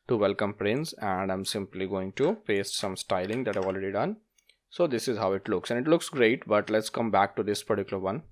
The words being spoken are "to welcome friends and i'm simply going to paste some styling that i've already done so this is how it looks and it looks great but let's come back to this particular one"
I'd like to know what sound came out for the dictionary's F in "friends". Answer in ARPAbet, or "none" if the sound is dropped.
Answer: P